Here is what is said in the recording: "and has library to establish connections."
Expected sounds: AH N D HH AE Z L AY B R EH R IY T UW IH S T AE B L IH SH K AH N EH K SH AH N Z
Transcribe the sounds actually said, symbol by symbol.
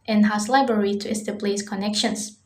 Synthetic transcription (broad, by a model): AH N HH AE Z L AY B R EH R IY T UW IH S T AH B L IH S K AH N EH K SH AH N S